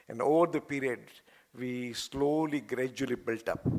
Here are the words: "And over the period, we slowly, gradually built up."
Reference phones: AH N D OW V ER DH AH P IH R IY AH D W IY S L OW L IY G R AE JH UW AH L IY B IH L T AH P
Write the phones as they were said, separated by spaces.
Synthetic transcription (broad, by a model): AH N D OW V ER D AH P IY R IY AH D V IY S L OW L IY G R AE JH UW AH L IY B IH L T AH P